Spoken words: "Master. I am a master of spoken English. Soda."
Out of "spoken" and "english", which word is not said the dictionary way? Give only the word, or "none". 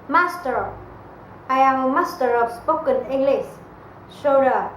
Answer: english